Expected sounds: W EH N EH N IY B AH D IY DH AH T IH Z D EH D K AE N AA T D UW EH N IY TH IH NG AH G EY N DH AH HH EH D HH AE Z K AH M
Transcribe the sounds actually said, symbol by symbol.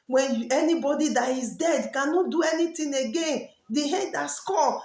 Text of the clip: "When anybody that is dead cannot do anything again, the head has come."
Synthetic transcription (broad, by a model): W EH N EH N IY B AH D IY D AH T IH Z D EH D K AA N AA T D UW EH N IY T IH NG AH G EY N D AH HH EH D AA S K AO